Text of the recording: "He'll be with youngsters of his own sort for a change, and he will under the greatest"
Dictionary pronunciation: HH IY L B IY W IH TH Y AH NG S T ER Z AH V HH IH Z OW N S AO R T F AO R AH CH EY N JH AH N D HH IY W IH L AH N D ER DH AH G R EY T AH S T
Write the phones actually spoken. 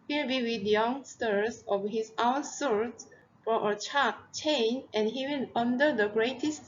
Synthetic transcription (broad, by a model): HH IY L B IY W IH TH Y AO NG S T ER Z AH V HH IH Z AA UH S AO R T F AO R AH CH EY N AH N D HH IY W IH N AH N D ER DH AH G R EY T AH S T